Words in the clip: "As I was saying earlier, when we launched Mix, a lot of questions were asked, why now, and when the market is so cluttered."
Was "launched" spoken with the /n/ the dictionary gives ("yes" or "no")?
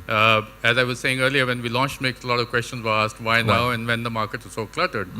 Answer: yes